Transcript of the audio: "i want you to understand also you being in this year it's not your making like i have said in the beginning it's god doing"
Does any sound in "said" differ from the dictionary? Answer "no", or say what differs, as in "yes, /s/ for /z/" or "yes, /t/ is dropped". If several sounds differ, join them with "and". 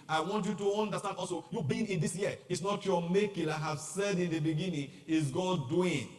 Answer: no